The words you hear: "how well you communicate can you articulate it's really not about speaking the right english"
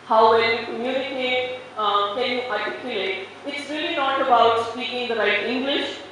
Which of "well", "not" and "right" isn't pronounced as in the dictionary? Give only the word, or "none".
well